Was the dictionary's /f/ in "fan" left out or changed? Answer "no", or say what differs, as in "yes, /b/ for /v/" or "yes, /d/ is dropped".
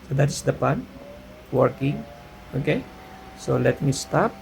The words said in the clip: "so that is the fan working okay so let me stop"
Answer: yes, /p/ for /f/